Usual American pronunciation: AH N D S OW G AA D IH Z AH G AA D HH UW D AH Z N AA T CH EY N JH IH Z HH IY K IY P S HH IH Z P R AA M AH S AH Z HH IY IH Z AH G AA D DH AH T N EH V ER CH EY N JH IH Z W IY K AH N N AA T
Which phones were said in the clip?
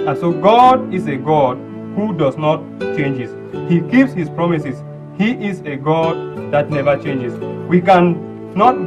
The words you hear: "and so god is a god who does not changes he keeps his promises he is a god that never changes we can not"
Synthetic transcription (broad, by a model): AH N S OW G AA D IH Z AH G AA D HH UW D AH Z N AA T CH EY N JH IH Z HH IY K IY P S HH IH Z P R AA M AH S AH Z HH IY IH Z AH G AA D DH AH T N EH V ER CH EY N JH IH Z W IY K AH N N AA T